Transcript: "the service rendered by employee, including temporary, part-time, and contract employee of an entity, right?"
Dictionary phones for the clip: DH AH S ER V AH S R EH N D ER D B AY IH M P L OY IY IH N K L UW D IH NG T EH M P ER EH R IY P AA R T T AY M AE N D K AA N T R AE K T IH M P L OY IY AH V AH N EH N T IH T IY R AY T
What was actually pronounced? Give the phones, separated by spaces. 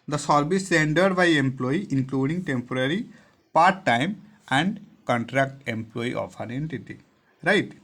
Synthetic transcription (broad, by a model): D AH S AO B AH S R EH N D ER D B AY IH M P L OY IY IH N K L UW D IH NG T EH M P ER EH R IY P AA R T T AY M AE N D K AA N T R AE K T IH M P L OY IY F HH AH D EH N T IH T IY R AY T